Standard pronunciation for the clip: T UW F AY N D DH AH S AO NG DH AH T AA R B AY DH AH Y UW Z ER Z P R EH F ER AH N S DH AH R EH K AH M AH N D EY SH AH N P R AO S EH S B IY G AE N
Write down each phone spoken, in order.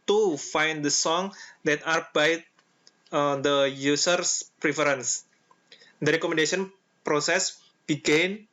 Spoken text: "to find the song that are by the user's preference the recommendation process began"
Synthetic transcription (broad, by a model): T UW F AY N D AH S AO NG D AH T AA R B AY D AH Y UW S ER S P R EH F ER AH N S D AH R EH K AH M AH N D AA S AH N P R AO S EH S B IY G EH N